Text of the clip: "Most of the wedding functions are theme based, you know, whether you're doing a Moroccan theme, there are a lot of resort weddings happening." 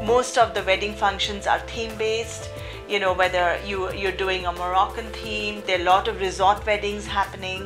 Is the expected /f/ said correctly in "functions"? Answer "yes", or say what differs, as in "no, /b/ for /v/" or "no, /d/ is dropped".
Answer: yes